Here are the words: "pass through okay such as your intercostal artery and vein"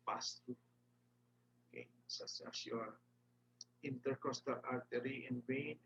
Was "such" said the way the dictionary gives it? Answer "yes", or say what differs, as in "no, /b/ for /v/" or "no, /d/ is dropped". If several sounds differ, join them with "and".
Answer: no, /s/ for /tʃ/